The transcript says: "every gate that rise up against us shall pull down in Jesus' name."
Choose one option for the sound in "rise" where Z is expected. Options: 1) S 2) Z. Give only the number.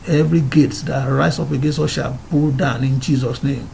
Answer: 1